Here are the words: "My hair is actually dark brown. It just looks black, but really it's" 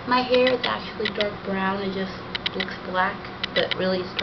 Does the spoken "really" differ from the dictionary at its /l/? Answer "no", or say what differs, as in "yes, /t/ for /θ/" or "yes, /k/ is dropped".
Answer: no